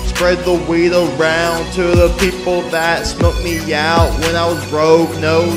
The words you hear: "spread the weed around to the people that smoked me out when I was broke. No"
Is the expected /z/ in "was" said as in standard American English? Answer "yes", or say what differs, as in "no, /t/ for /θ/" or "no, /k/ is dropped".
yes